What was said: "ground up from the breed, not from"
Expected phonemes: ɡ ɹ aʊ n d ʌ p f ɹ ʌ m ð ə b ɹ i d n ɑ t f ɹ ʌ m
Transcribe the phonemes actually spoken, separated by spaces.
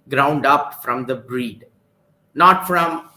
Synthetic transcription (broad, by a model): ɡ ɹ aʊ n d ʌ p f ɹ ʌ m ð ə b ɹ i d n ɑ t f ɹ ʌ m